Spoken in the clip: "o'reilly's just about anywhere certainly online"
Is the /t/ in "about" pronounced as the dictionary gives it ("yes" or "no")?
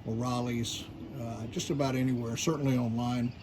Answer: yes